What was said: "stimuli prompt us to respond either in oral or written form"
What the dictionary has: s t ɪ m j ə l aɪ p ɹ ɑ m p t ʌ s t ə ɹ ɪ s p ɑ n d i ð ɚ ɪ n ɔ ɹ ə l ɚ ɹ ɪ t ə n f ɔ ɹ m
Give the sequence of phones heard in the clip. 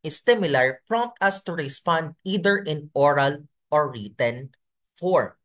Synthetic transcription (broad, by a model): s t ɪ m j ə l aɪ p ɹ ɑ m p t ʌ s t ə ɹ ɪ s p ɑ n d i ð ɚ ɪ n ɔ ɹ ə l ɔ ɹ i t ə n f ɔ ɹ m